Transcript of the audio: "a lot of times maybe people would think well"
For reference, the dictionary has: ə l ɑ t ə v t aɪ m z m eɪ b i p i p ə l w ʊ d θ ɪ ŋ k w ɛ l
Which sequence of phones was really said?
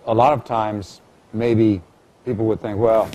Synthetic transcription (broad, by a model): ə l ɑ t ə v t aɪ m z m eɪ b i p i p l w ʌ d θ ɪ ŋ k w ɛ l